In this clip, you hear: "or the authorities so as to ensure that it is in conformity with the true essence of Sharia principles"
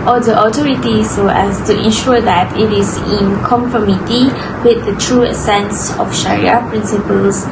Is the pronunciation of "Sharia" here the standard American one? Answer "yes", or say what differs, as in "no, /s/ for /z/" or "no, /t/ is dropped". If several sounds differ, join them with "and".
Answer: yes